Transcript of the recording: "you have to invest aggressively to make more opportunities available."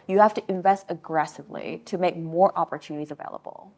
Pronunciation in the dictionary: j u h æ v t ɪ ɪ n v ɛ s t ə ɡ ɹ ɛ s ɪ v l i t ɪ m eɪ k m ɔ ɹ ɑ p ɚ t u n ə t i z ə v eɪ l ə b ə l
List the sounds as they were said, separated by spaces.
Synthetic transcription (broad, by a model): j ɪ h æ f t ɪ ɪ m v ɛ s t ə ɡ ɹ ɛ s ɪ v l i t ɪ m eɪ k m ɔ ɹ ɑ p ɚ t u n ə t i z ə v eɪ l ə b l